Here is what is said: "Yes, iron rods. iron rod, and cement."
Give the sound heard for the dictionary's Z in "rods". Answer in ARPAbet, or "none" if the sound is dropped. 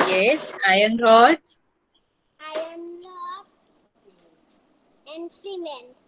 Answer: none